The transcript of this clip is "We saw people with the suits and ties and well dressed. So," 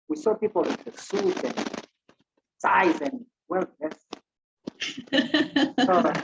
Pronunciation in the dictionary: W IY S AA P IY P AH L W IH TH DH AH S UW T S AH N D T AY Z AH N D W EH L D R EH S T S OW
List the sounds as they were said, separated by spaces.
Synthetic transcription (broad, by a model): W IY S AA P IY P AH L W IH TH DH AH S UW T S AH N D S AY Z AH N D W EH L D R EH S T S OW